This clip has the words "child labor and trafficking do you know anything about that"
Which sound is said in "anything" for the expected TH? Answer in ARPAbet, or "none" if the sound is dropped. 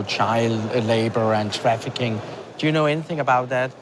TH